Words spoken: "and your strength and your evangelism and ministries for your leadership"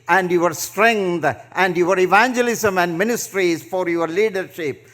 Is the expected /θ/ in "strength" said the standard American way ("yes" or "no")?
no